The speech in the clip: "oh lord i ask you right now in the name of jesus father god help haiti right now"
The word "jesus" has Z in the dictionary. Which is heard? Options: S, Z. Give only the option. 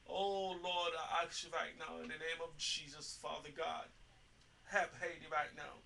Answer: Z